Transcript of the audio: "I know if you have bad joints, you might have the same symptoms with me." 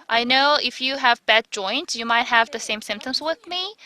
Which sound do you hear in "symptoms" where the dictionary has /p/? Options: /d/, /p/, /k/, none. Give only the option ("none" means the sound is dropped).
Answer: /p/